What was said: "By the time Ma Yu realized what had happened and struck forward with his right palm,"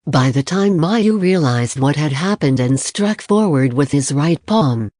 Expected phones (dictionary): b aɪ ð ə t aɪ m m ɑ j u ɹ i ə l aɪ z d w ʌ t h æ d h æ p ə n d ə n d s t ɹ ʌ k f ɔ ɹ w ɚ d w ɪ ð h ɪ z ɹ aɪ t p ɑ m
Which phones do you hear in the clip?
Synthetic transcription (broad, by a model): b aɪ ð ə t aɪ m m ɑ j u ɹ i ə l aɪ z d w ʌ t h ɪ d h æ p ə n d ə n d s t ɹ ʌ k f ɔ ɹ w ɚ d w ɪ ð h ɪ z ɹ aɪ t p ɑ m